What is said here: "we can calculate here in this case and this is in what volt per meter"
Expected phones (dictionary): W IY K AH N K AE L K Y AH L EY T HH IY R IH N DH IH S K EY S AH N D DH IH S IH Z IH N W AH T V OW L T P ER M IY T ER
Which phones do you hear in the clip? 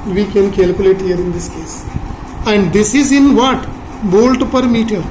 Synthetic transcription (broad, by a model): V IY K AH N K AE L K Y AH L EY T HH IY R IH N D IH S K EY S AH N D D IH S IH Z IH N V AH T B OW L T P ER M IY T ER